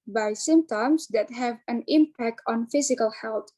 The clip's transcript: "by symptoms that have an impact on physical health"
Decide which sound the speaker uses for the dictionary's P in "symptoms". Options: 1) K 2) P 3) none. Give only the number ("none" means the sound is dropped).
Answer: 3